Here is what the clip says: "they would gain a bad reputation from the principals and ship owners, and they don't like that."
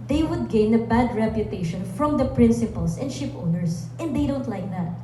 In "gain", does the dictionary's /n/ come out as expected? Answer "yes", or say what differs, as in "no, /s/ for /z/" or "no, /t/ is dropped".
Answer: yes